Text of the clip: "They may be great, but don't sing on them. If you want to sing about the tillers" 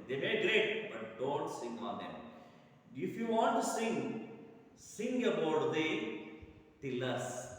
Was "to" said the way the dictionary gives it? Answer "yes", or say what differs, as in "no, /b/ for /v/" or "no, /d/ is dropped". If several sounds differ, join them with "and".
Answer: no, /s/ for /t/